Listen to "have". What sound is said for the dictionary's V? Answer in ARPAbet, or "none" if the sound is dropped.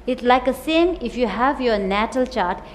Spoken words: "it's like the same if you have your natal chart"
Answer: V